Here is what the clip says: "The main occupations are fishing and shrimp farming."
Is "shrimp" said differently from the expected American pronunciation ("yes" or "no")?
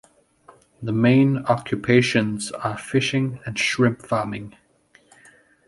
no